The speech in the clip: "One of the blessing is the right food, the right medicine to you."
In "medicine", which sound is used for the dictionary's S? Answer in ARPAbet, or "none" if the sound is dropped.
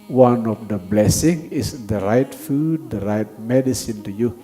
S